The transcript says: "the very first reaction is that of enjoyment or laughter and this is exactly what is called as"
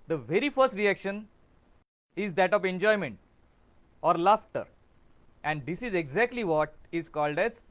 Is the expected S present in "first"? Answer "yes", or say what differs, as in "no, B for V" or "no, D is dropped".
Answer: yes